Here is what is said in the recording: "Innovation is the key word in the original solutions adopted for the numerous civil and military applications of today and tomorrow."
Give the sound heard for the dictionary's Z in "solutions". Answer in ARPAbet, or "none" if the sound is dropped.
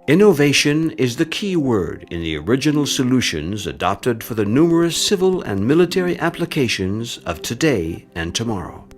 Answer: Z